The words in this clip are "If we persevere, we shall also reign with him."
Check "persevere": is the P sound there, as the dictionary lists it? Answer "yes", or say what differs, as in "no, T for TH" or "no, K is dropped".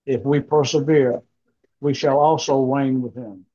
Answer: yes